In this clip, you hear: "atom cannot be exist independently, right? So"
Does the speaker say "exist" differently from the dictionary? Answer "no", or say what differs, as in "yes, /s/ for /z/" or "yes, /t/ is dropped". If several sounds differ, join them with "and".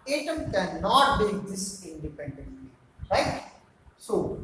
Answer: yes, /t/ is dropped